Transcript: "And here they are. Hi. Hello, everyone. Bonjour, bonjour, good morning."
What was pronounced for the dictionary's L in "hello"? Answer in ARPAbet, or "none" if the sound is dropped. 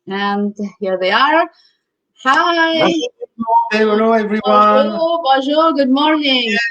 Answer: N